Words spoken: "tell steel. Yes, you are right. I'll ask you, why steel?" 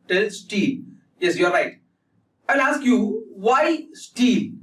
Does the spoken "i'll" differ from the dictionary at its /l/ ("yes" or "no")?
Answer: yes